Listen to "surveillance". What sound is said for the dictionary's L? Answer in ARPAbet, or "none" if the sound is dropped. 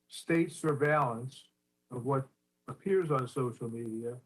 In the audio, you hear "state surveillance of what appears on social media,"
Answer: L